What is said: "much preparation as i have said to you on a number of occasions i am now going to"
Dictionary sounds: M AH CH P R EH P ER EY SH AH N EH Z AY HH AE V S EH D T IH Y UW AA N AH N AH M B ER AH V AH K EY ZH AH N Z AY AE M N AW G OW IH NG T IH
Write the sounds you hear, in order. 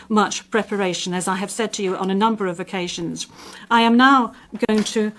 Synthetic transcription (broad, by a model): M AH CH P R EH P ER EY SH AH N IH Z AY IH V S EH D T IH Y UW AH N AH N AH M B ER AH V AH K EY ZH AH N Z AY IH M N AW G OW IH NG T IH